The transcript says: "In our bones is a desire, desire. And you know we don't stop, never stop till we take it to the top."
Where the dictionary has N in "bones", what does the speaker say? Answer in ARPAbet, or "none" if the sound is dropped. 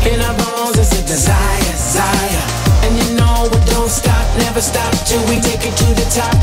none